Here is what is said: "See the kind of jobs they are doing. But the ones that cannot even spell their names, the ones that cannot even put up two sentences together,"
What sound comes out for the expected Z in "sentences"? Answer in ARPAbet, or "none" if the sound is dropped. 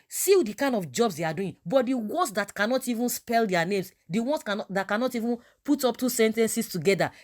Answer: S